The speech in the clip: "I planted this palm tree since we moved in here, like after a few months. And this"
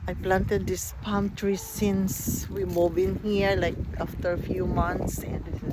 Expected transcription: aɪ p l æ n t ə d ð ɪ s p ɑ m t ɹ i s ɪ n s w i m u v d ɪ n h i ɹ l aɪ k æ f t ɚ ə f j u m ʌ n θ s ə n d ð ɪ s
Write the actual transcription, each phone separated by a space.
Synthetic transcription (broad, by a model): aɪ p l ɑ n t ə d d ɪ s p ɑ m t ɹ i s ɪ n s w i m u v ɪ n h i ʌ l aɪ k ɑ f t ɚ ə f j u m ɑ n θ s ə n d